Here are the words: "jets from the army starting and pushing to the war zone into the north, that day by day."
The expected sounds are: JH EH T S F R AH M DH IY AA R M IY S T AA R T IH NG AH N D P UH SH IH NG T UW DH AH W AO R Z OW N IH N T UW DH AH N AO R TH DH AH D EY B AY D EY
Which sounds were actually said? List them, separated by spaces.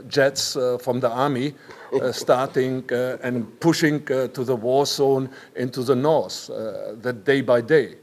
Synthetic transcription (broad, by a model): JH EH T S F R AH M DH IY AA R M IY S T AA R T IH NG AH N P UH SH IH NG T UW DH AH W AO R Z OW N IH N T UW DH AH N AO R S DH AH D EY B AY D EY